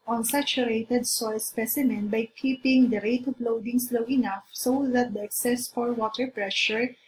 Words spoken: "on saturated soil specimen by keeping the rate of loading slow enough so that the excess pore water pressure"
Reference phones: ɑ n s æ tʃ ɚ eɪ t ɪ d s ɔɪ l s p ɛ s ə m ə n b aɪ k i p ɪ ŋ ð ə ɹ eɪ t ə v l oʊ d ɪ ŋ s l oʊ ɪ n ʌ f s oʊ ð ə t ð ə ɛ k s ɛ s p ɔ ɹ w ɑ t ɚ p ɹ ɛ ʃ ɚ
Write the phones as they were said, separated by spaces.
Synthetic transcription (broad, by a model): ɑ n s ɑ tʃ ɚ eɪ t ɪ d s ɔɪ l s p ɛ s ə m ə n b aɪ k i p ɪ ŋ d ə ɹ eɪ t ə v l oʊ d ɪ ŋ s l oʊ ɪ n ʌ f s oʊ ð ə t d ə ɛ k s ɛ s f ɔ ɹ w ɑ t ɚ p ɹ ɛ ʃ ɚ